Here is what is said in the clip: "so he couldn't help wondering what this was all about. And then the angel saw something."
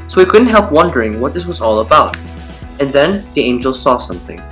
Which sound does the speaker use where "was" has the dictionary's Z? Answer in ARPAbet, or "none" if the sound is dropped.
Z